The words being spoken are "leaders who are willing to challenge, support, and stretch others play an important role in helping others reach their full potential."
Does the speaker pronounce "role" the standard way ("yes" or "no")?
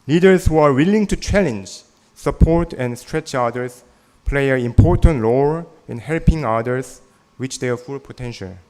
no